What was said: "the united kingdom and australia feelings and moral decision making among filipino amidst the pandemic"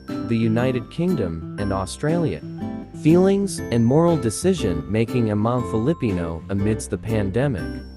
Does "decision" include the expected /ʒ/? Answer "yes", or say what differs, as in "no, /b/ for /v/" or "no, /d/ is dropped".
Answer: yes